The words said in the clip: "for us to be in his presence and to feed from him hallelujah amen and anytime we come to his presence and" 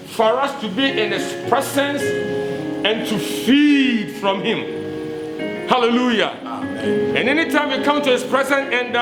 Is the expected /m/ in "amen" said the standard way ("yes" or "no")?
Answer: no